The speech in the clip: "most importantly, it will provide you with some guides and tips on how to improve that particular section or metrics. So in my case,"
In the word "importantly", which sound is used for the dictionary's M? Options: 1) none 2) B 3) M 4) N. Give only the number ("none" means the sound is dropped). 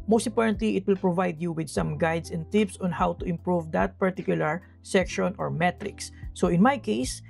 1